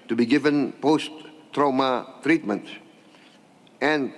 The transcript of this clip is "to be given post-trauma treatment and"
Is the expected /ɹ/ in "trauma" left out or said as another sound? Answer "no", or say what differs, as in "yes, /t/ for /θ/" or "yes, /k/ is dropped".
no